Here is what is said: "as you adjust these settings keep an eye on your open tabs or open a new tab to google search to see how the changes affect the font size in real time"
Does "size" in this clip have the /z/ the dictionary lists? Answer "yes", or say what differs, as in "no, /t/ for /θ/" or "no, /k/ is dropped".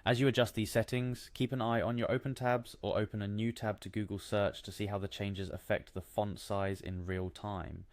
yes